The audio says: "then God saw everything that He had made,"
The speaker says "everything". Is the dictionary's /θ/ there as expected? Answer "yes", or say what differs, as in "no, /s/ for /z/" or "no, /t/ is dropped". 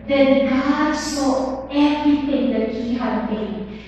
no, /t/ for /θ/